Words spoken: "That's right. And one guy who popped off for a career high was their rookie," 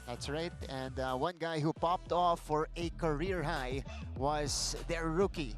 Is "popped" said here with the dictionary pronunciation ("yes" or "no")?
yes